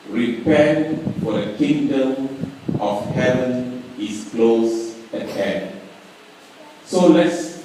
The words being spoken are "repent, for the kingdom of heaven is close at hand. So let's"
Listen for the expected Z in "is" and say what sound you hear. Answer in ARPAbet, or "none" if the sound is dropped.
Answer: S